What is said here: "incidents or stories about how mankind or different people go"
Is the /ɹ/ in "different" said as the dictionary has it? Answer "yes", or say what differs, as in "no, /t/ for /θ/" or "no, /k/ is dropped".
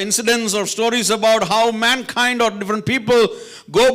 yes